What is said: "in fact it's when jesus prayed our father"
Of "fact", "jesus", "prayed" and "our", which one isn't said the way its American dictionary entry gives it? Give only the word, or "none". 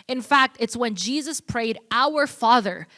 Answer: none